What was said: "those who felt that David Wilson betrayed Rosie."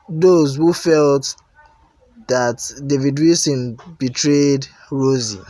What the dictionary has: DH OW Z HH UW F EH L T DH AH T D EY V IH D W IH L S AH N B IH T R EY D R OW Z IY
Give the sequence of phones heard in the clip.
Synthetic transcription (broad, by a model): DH OW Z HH UW F EH L T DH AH T D EY V IH D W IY S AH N B IH T R EY D R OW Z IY